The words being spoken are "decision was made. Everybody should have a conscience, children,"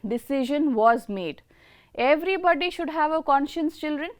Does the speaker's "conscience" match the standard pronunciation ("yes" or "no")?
yes